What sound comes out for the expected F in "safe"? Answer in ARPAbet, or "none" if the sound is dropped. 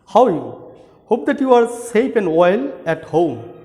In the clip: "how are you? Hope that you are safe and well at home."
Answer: P